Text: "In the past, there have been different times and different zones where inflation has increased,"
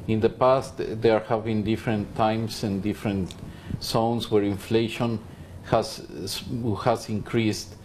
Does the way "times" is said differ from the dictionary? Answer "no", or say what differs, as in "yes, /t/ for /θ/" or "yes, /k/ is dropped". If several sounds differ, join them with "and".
yes, /s/ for /z/